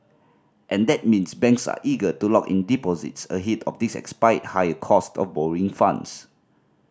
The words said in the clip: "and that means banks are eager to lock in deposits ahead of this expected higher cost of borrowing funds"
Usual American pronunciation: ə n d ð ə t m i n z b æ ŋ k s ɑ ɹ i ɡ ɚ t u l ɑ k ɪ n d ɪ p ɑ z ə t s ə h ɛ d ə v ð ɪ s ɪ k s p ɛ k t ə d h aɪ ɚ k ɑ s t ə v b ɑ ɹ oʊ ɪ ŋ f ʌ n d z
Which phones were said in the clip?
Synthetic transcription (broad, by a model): ə n d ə t m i n s b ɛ ŋ k s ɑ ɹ i ɡ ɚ t u l ɑ k ɪ n d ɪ p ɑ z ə t s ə h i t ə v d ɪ s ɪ k s p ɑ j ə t h aɪ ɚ k ɑ s t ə f b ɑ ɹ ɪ ŋ f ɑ n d s